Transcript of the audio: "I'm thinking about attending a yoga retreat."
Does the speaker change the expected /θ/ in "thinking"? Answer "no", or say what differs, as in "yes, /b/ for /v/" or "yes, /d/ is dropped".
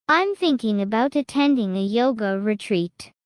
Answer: no